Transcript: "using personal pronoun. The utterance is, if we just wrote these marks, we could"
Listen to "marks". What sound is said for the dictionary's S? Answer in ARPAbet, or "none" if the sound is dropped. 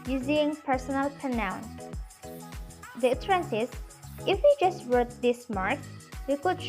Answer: none